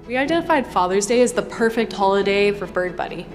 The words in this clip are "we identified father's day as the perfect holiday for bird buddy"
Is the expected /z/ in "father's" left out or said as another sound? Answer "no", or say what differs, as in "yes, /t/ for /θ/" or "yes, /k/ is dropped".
no